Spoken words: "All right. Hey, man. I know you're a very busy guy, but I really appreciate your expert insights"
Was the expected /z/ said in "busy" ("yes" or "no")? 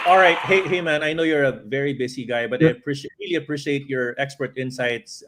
no